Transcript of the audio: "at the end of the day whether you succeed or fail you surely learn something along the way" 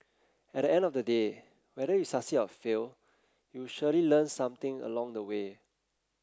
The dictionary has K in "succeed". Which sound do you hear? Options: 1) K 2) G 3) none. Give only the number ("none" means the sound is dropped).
3